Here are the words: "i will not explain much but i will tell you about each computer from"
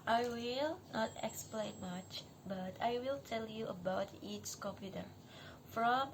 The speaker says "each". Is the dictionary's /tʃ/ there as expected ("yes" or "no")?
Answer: no